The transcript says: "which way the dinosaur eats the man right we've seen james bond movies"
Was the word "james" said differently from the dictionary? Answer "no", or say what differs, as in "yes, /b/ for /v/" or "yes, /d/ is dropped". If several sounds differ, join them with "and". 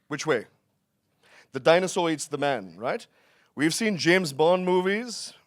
no